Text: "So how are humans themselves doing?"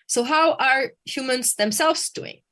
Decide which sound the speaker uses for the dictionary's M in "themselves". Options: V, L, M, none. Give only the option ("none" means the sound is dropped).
M